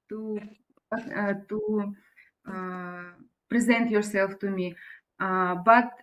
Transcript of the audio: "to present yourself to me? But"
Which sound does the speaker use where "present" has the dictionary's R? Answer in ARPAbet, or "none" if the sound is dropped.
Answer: R